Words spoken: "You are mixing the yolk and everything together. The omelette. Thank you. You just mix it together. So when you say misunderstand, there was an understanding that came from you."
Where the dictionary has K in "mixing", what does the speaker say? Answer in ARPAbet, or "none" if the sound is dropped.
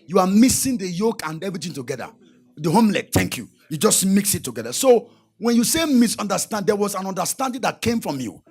none